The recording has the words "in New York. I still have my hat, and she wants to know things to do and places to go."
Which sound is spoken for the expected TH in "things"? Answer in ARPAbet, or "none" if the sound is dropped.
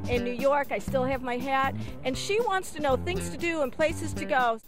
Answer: TH